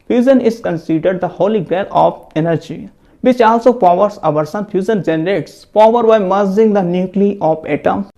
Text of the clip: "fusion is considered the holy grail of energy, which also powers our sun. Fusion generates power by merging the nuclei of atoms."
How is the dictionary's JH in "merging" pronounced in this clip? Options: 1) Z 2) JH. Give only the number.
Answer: 1